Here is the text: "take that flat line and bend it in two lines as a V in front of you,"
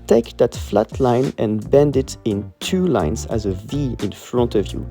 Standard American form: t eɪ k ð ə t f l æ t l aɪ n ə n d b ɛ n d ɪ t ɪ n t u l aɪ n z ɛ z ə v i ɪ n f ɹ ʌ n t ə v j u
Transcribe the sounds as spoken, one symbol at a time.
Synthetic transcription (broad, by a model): t eɪ k ð ə t f l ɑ t l aɪ n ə n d b ɛ n d ɪ t ɪ n t u l aɪ n z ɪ z ə v i ɪ n f ɹ ʌ n t ə v j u